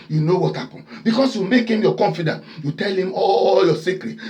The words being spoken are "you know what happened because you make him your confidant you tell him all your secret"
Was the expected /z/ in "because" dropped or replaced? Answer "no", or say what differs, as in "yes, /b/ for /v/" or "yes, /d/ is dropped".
yes, /s/ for /z/